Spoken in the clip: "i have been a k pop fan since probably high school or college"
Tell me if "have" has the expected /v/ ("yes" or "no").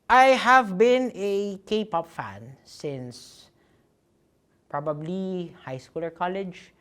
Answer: yes